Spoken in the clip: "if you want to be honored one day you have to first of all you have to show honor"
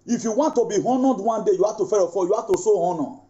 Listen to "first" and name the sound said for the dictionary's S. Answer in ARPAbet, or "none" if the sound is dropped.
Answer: none